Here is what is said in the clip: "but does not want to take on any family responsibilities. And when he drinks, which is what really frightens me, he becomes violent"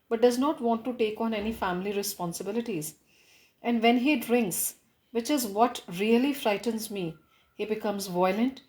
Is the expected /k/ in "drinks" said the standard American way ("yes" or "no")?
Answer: yes